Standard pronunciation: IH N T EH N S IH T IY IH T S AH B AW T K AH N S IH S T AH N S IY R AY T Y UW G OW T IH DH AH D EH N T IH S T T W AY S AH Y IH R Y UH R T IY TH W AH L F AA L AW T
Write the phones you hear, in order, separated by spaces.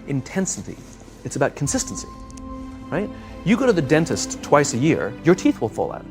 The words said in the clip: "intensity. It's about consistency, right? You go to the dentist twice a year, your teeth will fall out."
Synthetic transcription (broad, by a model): IH N T EH N S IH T IY IH T S AH B AW T K N S IH S T N S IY R AY T Y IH G OW T IH DH AH D EH N T IH S T T W AY S AH Y IH R Y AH R T IY TH W AH L F AA L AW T